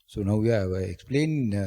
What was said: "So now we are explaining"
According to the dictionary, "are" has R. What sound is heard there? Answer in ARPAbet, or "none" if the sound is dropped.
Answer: W